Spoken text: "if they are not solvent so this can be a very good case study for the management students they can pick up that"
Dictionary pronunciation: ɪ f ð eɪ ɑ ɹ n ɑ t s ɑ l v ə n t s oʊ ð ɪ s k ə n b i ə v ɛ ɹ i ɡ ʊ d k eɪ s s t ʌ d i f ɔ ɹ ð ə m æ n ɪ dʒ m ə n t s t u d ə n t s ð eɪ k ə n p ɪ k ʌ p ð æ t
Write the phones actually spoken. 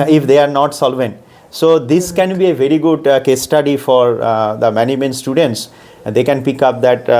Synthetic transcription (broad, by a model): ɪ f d eɪ ɑ ɹ n ɑ t s ɑ l v ə n t s oʊ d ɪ s k ə n b i ə v ɛ ɹ i ɡ ʊ d k eɪ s s t ʌ d i f ɔ ɹ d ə m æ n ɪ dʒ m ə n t s t u d ə n t s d eɪ k ə n p ɪ k ʌ p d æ t